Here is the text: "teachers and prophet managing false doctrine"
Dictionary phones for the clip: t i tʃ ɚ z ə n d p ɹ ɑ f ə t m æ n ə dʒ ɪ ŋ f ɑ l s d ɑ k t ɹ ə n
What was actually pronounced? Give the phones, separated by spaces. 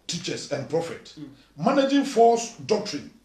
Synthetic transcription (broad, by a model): t i tʃ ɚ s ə n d p ɹ ɑ f ə t m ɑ n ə dʒ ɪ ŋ f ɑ s d ɑ k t ɹ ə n